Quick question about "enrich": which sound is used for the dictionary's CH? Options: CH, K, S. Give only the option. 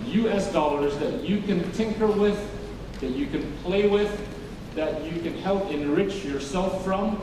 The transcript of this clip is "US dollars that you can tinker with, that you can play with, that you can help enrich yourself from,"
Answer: CH